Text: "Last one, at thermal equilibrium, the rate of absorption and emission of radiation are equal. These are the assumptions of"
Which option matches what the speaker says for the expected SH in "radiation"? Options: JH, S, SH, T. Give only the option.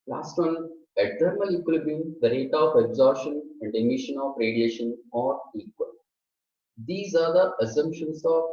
SH